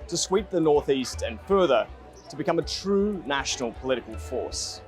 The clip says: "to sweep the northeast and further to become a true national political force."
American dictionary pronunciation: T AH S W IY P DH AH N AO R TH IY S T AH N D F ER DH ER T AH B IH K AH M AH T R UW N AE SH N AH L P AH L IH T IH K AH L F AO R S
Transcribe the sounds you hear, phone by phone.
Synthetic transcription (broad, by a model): T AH S W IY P DH AH N AO R TH IY S T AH N F ER DH ER T AH B IH K AH M AH T R UW N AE SH N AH L P AH L IH T IH K AH L F AO R S